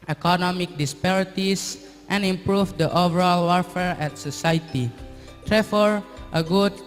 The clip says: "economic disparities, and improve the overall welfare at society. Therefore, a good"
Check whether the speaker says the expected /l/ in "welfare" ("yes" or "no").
no